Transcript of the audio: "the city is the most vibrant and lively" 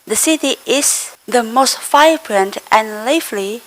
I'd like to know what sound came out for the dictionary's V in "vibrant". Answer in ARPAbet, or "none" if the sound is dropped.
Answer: F